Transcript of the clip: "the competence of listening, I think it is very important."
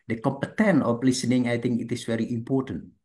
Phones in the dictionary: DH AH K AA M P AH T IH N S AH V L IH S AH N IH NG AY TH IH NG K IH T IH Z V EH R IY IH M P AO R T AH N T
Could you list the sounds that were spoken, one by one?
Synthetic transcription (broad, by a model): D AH K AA M P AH T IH N AH F L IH S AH N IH NG AY T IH NG K IH T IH S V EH R IY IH M P AO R T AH N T